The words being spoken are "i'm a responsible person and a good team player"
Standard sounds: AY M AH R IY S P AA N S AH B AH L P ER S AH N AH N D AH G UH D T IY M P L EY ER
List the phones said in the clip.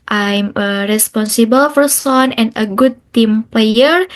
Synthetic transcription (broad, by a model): AY M AH R IY S P AA N S AH B AH L F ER S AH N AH N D AH G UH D T IY M P L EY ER